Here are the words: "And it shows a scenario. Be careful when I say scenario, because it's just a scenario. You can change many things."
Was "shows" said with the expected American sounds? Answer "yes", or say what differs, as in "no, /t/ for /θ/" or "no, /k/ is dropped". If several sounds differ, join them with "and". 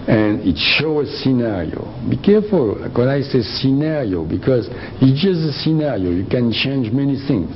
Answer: no, /z/ is dropped